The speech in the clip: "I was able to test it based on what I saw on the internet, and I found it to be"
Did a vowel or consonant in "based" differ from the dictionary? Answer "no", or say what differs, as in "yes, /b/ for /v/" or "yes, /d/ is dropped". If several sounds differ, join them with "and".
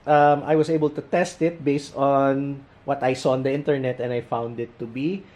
no